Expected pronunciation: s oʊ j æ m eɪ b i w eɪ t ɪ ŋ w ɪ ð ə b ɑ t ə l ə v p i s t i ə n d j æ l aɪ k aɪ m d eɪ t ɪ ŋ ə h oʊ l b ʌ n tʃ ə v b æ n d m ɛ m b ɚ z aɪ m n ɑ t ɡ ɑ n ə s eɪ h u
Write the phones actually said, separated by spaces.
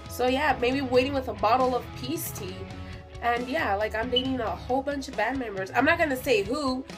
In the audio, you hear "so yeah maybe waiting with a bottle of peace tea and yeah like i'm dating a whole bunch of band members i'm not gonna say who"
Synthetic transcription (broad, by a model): s oʊ j æ m eɪ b i w eɪ t ɪ ŋ w ɪ ð ə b ɑ t l ə v p i s t i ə n j æ l aɪ k aɪ m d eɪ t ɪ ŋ ə h oʊ l b ʌ n tʃ ə v b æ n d m ɛ m b ɚ z aɪ m n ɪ t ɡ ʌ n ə s eɪ h u